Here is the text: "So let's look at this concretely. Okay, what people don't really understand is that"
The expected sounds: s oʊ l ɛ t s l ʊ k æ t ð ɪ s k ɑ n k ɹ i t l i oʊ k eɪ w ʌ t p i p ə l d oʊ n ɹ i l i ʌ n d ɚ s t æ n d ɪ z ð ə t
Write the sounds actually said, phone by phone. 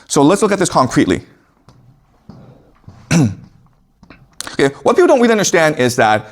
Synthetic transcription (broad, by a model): s oʊ l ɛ t s l ʊ k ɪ t ð ɪ s k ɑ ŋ k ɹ i t l i oʊ k eɪ w ʌ t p i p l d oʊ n w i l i ʌ n d ɚ s t æ n d ɪ z ð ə t